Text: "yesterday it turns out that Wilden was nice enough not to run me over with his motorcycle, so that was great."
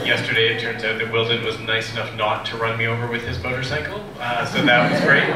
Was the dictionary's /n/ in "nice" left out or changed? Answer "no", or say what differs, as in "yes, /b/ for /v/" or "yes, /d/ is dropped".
no